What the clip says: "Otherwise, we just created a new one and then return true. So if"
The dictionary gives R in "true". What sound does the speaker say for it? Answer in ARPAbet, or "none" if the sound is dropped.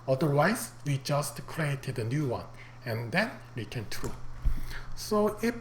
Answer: R